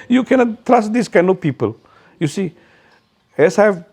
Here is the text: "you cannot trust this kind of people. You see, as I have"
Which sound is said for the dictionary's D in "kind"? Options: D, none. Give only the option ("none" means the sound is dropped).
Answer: none